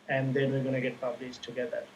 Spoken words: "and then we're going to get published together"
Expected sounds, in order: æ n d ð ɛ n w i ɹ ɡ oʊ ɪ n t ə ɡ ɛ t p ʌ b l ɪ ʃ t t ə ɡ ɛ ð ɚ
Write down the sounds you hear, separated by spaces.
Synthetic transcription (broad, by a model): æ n d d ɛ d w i l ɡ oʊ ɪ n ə ɡ ɛ t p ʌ b l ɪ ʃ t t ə ɡ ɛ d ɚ